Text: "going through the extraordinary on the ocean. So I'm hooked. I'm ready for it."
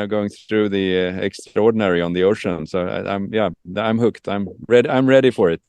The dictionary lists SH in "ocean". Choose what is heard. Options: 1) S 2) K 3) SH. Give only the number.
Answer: 3